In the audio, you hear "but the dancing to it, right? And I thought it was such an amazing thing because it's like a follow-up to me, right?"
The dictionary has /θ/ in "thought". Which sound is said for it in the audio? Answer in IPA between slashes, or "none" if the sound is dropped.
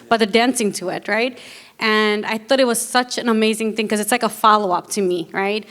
/θ/